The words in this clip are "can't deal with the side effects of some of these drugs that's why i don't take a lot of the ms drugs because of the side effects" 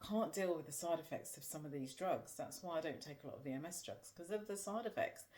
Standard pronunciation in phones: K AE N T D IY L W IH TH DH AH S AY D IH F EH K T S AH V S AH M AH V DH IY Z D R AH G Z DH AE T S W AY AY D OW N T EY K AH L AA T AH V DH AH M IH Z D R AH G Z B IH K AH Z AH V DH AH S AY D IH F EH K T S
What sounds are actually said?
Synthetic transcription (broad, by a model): K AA N D IY L W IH DH AH S AY D IH F EH K T S AH V S AH M AH V DH IY Z D R AH G Z DH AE T S W AY AY D OW N T EY K AH L AA T AH V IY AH M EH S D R AH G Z K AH Z AH V DH AH S AY D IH F EH K T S